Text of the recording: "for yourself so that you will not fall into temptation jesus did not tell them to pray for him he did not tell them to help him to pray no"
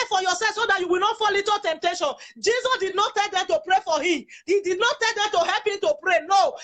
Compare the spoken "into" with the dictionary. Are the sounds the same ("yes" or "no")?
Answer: no